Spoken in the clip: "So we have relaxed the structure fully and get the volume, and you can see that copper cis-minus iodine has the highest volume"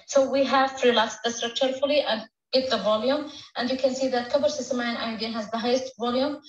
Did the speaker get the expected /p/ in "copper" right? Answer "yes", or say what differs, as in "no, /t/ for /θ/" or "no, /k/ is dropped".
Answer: no, /b/ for /p/